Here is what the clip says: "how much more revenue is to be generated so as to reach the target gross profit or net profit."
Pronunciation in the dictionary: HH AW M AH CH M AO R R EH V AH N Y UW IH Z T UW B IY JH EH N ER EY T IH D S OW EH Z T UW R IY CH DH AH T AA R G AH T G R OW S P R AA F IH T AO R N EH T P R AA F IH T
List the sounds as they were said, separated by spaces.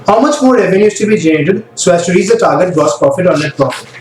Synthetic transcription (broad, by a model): HH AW M AH CH M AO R R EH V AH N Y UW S T UW B IY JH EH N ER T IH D S OW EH S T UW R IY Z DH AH T AA R G AH T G OW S P R AA F IH T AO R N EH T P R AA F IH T